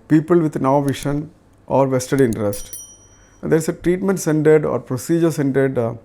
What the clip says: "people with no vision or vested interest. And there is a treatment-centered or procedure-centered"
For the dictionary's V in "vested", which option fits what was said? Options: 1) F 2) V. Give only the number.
2